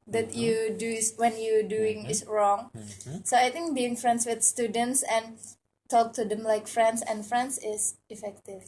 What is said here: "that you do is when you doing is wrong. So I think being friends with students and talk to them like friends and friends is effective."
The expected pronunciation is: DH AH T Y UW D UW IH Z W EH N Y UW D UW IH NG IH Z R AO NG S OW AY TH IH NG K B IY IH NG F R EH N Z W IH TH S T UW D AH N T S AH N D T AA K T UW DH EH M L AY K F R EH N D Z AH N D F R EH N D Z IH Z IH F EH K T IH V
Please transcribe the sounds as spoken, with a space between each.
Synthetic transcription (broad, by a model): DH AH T Y UW D UW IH S W EH N Y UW D UW IH NG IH S R AO NG S OW AY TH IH NG K B IY IH NG F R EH N S W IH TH S T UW D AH N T S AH N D T AA K T UW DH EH M L AY K F R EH N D S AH N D F R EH N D S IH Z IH F EH K T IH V